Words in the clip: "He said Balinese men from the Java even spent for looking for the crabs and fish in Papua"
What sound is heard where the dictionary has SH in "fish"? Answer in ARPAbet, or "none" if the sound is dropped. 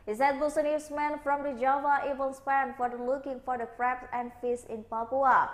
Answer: S